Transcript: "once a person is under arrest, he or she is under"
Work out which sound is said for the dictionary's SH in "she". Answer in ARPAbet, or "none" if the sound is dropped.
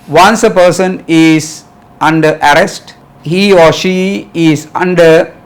SH